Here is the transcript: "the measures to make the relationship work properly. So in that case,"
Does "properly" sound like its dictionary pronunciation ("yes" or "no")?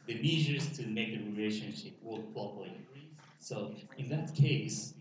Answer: no